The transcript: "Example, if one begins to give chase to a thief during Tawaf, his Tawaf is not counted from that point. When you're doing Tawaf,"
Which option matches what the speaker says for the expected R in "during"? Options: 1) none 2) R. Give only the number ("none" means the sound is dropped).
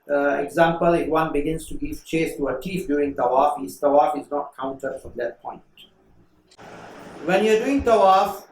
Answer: 1